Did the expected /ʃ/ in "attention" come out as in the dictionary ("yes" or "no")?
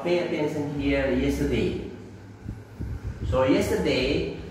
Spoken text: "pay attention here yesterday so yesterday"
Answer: no